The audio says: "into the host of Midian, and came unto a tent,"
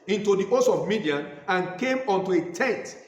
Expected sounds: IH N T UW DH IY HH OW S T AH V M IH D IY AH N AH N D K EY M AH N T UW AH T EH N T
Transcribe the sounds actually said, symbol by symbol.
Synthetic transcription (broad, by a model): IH N T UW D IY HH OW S AH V M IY D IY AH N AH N K EY M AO N T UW AH T EH N T